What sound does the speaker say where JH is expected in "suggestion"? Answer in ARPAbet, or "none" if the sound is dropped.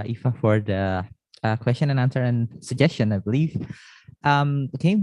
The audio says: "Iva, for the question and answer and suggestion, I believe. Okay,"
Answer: JH